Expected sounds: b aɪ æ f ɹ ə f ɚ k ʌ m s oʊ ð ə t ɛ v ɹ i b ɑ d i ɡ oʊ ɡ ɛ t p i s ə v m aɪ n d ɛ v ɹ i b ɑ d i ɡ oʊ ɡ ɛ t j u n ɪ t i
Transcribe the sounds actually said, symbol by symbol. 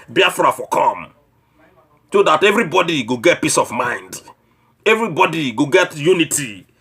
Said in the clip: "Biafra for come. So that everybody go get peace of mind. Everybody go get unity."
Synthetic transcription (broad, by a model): b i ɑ f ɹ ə f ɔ k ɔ m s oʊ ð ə t ɛ v ɹ i b ɑ d i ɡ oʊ ɡ ɛ t p i s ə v m aɪ n d ɛ v ɹ i b ɑ d i ɡ oʊ ɡ ɛ t j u n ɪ t i